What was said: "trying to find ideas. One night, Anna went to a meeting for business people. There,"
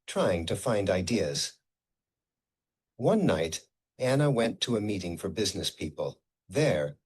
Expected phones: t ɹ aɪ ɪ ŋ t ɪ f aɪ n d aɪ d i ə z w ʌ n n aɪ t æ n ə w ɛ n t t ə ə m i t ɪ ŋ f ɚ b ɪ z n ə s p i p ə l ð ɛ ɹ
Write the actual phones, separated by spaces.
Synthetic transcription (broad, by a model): t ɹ aɪ ɪ ŋ t ɪ f aɪ n d aɪ d i ə z w ʌ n n aɪ t æ n ə w ɛ n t t ə ə m i t ɪ ŋ f ɚ b ɪ z n ə s p i p ə l ð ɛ ɹ